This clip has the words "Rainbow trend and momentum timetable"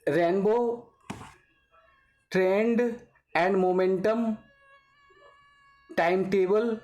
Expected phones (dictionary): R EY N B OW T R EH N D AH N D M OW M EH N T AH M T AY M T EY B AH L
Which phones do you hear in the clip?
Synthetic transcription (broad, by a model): R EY N B OW T R EH N D AH N D M OW M EH N T AH M T AY M T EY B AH L